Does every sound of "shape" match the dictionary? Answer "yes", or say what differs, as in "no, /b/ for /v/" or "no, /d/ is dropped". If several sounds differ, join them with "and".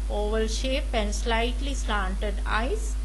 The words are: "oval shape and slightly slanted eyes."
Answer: yes